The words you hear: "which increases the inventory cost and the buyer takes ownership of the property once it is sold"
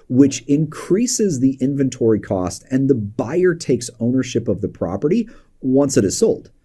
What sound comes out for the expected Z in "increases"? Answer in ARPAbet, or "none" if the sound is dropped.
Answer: Z